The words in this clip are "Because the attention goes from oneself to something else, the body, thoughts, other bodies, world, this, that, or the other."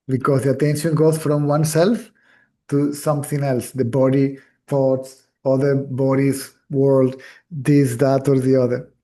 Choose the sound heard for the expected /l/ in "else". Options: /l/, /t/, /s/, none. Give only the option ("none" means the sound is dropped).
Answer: /l/